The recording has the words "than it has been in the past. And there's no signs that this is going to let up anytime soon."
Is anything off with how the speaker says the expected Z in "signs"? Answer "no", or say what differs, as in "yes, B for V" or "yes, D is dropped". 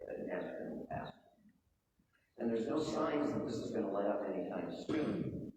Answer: no